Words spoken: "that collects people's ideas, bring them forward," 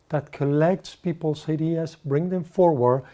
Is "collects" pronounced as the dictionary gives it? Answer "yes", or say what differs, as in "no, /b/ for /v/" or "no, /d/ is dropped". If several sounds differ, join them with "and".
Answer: yes